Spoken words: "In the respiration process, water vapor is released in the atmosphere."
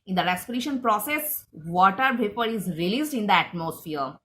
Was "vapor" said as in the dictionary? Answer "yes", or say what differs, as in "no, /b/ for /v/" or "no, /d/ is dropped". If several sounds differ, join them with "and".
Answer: no, /p/ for /v/